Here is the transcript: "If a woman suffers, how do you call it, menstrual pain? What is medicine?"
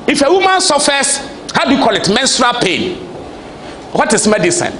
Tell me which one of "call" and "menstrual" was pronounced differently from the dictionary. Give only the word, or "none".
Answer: none